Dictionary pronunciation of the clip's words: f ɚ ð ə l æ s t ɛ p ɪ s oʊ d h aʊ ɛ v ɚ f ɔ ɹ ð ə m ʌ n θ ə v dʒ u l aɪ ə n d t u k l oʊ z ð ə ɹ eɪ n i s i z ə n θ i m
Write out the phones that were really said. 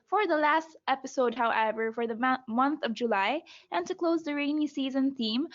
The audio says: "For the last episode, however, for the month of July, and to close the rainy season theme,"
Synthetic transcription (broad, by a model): f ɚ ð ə l æ s t ɛ p ɪ s oʊ d h aʊ ɛ v ɚ f ɔ ɹ ð ə m ʌ n θ ə v dʒ u l aɪ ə n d t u k l oʊ z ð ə ɹ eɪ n i s i z ə n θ i m